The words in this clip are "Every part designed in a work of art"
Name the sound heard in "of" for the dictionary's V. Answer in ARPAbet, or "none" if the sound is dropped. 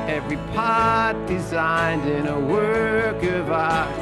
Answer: V